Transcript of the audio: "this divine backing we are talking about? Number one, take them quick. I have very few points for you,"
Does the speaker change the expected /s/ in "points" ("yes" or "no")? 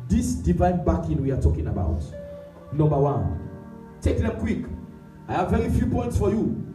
no